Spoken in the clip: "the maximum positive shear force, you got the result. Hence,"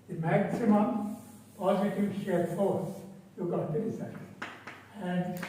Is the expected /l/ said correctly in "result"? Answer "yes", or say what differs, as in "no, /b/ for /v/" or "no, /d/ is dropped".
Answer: no, /l/ is dropped